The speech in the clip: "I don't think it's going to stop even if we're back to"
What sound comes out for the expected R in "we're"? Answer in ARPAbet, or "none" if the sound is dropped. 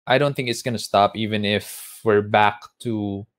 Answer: R